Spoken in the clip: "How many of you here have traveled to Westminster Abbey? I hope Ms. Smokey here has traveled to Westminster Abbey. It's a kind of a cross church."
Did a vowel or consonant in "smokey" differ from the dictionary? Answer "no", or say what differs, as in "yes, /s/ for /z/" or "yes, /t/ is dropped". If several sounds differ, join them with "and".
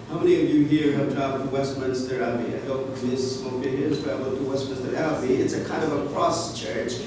yes, /m/ is dropped